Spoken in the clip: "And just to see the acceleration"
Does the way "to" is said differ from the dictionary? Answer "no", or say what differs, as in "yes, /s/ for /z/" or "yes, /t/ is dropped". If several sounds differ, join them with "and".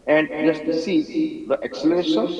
yes, /s/ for /t/